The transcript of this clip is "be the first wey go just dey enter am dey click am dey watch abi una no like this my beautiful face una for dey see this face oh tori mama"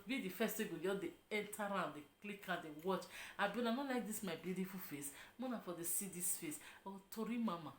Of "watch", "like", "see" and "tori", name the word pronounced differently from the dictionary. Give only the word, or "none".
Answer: none